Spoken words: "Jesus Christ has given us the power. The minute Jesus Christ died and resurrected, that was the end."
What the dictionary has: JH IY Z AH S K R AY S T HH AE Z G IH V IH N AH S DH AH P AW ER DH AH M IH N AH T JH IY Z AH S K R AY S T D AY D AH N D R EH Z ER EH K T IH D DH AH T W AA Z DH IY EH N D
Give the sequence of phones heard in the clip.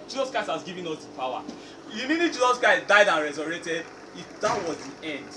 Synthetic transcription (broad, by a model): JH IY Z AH S K R AY S T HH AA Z G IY V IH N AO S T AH P AW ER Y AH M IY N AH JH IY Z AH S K AY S D AY D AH N R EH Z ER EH T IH D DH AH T W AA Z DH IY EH N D